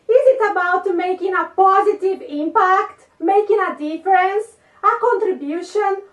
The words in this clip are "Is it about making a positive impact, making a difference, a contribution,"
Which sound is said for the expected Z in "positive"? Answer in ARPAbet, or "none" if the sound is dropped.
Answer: Z